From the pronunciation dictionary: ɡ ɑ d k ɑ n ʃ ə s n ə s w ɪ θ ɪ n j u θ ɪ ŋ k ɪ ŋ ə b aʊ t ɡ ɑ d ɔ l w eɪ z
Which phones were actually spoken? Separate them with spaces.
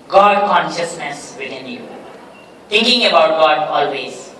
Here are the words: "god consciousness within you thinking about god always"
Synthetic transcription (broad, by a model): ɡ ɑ d k ɑ n ʃ ə s n ə s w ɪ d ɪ n j u t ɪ ŋ k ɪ ŋ ə b aʊ t ɡ ɑ d ɔ l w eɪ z